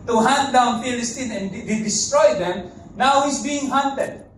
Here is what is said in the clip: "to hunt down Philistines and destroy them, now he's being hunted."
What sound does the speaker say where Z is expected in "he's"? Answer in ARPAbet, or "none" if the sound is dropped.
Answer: S